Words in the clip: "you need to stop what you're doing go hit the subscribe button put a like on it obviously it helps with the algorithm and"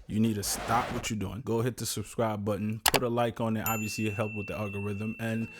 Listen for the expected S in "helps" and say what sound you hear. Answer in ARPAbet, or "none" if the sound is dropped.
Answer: none